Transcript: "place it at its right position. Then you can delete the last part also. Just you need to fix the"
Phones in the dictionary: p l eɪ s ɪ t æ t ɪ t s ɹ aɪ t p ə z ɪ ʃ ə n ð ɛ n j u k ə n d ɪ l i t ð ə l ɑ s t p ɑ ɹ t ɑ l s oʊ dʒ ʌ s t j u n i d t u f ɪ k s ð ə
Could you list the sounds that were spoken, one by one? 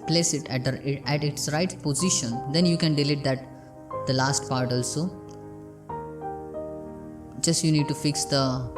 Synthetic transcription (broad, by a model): p l eɪ s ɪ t æ t ɪ t s ɹ aɪ t p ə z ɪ ʃ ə n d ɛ n j u k ə n d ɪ l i t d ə l ɑ s t p ɑ ɹ t ɑ l s oʊ dʒ ʌ s t j u n i d t u f ɪ k s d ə